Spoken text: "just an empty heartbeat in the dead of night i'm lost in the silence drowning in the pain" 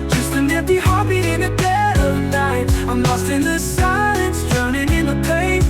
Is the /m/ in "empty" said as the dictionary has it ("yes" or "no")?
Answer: no